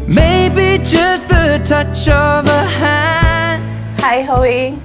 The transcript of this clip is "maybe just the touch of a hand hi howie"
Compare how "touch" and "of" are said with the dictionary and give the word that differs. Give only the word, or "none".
none